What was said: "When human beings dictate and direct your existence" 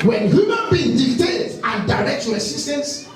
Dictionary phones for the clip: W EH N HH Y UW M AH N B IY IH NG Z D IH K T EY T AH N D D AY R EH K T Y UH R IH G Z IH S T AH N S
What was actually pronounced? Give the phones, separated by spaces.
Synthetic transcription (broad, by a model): W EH N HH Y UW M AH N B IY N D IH T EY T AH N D D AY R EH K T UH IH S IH S T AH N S